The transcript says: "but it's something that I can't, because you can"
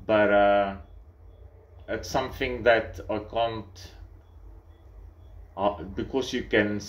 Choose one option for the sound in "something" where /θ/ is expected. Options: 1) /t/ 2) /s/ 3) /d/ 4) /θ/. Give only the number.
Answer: 4